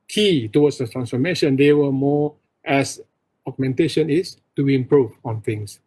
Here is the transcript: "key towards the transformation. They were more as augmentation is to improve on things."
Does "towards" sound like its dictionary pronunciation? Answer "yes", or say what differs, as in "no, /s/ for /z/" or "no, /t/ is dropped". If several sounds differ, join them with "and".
no, /w/ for /ɹ/